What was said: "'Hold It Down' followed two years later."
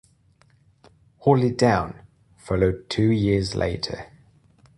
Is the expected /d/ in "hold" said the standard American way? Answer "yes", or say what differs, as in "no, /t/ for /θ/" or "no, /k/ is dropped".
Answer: no, /d/ is dropped